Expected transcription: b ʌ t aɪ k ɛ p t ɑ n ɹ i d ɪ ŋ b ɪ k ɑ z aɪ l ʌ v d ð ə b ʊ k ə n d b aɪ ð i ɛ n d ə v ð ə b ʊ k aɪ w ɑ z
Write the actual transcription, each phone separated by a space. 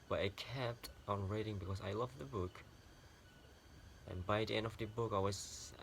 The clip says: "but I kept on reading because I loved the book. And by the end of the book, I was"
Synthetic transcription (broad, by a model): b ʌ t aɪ k ɛ p t ɑ n ɹ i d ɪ ŋ b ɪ k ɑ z aɪ l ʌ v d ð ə b ʊ k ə n b aɪ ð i ɛ n d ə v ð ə b ʊ k aɪ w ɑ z